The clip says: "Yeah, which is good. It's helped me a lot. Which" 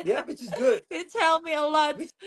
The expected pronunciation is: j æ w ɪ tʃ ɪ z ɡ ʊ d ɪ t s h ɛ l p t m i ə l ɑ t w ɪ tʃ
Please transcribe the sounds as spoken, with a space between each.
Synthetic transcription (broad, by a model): j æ w ɪ tʃ ɪ z ɡ ʊ d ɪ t ɛ l m i ə l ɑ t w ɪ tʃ